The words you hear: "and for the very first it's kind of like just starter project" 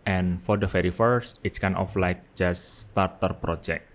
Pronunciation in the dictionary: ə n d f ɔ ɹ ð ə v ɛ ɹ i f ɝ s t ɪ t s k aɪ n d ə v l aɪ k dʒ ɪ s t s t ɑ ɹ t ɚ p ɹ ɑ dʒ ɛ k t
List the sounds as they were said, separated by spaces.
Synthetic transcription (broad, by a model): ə n f ɔ ɹ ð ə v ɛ ɹ i f ɝ s t ɪ t s k aɪ n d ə f l aɪ k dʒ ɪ s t s t ɑ ɹ t ɚ p ɹ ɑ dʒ ɛ k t